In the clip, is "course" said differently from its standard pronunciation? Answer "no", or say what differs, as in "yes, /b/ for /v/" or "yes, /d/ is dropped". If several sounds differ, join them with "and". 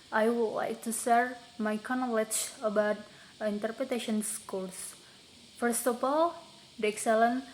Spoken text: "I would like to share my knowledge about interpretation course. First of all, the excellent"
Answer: yes, /l/ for /ɹ/